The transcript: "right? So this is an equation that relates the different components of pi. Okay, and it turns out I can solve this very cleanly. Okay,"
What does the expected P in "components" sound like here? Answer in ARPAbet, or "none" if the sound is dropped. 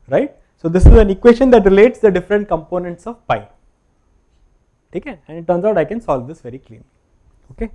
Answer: P